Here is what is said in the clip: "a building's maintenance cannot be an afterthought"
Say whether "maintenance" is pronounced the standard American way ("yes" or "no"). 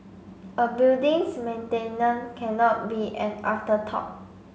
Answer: no